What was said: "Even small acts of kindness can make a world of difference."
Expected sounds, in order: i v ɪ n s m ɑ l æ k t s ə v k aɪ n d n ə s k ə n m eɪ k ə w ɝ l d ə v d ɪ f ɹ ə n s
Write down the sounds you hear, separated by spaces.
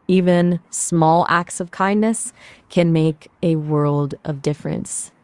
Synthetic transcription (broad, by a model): i v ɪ n s m ɑ l æ k t s ə v k aɪ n n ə s k ə n m eɪ k ə w ɝ l d ə v d ɪ f ɹ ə n s